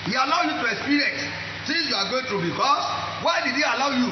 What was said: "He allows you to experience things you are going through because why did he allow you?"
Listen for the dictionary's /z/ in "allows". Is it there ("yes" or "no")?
no